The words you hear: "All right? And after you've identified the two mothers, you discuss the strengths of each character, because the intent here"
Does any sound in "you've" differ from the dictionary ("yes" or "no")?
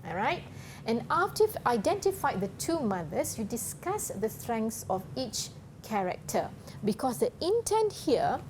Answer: yes